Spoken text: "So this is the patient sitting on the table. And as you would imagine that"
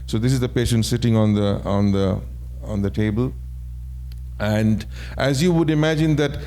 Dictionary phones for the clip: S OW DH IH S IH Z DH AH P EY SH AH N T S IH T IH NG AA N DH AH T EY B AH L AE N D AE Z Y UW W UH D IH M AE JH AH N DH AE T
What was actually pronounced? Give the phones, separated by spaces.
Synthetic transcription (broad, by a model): S OW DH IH S IH Z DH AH P EY SH AH N T S IH T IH NG AA N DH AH T EY B AH L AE N D AE Z Y UW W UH D IH M AE JH AH N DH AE T